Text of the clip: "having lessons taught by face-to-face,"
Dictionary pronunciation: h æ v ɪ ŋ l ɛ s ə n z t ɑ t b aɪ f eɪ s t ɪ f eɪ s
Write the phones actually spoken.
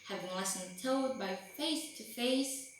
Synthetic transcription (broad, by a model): h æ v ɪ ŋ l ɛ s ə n t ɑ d b aɪ f eɪ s t ɪ f eɪ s